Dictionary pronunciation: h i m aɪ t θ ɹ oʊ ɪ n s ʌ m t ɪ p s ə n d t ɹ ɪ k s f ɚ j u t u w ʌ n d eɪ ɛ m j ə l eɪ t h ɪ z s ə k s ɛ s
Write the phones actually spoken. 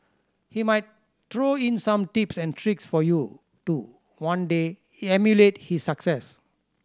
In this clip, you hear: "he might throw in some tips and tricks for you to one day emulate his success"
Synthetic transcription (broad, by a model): h i m aɪ t t ɹ oʊ ɪ n s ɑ m t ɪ p s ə n t ɹ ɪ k s f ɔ j u t u w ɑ n d eɪ ɛ m j ə l eɪ t h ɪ s ə k s ɛ s